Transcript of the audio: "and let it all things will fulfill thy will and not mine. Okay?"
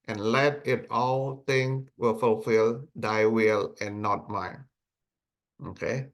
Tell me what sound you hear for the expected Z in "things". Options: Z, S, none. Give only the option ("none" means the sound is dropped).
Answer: none